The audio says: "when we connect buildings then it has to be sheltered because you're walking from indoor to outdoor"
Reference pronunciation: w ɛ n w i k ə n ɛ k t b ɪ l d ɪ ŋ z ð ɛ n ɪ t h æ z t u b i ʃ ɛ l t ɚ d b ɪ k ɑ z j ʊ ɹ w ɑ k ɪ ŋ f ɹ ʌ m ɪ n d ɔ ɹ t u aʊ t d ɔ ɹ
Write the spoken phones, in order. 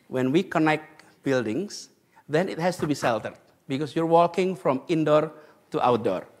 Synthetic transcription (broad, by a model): w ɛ n w i k ə n ɛ k t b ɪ l d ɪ ŋ s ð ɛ n ɪ t h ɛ s t u b i s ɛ l t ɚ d b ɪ k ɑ s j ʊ ɹ w ɑ k ɪ ŋ f ɹ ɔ m ɪ n d ɔ ɹ t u aʊ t d ɔ ɹ